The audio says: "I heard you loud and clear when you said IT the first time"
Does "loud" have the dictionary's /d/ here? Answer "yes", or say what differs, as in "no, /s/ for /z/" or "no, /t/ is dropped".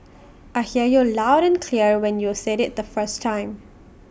yes